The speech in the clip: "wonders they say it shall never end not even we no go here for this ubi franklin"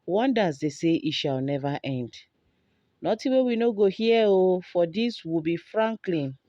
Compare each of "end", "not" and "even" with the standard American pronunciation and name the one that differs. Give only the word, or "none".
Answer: even